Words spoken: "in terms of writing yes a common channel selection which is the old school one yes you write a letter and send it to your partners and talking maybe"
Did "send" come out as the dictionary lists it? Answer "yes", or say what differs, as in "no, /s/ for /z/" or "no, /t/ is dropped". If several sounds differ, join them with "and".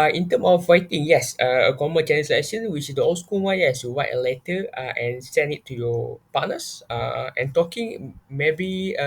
no, /d/ is dropped